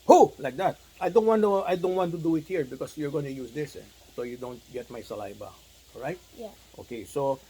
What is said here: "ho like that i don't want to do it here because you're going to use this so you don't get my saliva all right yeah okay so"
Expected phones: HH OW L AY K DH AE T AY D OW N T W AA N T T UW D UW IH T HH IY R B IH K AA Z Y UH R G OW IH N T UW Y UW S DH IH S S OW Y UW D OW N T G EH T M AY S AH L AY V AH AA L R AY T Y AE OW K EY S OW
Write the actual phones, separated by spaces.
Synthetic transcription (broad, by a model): HH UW L AY K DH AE T AY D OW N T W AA N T T UW D UW IH T HH IY R B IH K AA S Y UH R G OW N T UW Y UW S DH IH S S OW Y UW D OW N T G EH T M AY S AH L AY B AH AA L R AY T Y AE OW K EY S OW